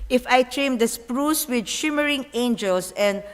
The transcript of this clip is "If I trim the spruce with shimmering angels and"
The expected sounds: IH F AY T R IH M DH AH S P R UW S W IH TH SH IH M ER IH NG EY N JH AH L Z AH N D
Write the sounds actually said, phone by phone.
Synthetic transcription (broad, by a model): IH F AY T R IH M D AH S P R UW S W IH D SH IH M ER IH NG EY N JH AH L S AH N D